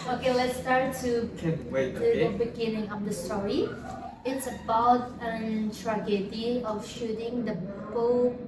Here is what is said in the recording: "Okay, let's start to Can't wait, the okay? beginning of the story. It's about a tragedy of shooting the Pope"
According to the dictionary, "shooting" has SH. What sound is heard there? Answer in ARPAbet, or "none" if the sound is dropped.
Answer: SH